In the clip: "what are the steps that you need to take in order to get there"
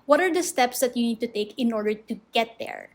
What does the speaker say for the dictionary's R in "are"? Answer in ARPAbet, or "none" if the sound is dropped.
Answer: R